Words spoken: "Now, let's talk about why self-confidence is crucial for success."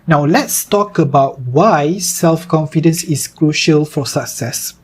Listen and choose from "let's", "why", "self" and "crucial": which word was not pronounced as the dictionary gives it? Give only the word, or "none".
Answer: none